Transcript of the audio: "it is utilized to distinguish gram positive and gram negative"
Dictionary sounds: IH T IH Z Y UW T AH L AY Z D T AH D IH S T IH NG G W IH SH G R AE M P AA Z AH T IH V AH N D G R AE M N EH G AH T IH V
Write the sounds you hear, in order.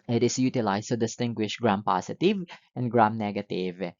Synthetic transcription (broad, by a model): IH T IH S Y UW T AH L AY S T AH D IH S T IH NG G W IH SH G R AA M P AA S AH T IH V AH N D G R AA M N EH G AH T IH V